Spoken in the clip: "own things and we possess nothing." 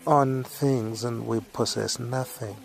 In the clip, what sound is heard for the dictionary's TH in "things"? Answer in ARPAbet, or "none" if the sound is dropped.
TH